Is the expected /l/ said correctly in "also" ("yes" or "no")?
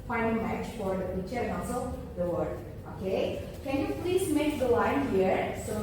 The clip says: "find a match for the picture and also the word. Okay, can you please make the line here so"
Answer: no